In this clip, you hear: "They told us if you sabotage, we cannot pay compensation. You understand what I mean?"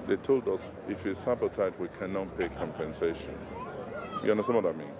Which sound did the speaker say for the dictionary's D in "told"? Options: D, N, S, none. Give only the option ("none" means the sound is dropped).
D